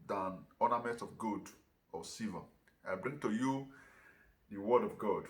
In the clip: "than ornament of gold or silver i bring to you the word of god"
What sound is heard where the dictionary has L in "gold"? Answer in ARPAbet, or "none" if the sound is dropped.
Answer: none